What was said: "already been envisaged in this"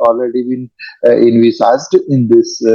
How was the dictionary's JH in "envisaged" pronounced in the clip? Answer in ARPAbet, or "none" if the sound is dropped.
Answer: Z